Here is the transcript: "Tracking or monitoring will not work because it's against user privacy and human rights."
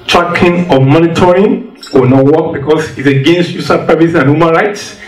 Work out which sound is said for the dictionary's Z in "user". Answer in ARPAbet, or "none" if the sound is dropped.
S